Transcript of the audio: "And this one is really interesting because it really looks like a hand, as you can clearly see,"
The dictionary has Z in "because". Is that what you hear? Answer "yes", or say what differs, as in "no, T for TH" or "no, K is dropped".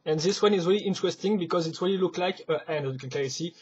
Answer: yes